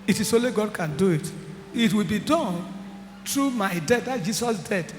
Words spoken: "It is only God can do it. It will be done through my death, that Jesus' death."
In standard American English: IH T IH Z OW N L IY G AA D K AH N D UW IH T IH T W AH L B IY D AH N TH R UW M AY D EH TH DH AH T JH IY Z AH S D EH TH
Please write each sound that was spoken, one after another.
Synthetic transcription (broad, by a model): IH T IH S OW L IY G AA D K AH N D UW IH T IH T W AH L B IY D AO N T R UW M AY D EH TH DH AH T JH IY S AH S D EH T